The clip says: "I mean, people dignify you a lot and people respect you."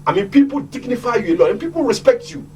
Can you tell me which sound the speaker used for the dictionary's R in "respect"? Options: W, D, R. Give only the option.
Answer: R